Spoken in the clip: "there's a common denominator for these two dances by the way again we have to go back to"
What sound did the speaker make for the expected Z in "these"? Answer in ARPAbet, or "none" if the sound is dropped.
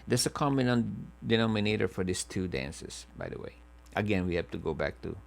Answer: S